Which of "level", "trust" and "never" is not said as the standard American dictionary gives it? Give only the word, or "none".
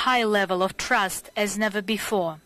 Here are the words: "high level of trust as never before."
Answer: none